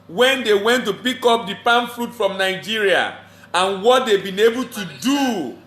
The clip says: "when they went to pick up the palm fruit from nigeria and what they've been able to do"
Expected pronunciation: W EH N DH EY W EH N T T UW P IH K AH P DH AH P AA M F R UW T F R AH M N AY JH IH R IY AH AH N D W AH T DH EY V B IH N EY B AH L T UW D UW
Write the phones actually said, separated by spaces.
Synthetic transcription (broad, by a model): W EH N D EY W EH N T T UW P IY K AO P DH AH P AA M F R UW T F R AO M N AY JH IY R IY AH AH N W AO T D EY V B IH N EY B AH L T UW D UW